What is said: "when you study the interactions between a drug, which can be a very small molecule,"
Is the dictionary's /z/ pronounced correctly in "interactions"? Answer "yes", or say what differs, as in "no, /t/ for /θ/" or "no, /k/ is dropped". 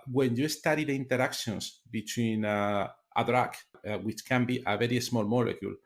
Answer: no, /s/ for /z/